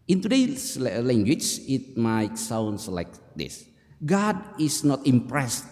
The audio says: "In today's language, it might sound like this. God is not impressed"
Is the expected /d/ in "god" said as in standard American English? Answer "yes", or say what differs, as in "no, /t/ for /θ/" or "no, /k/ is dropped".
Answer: yes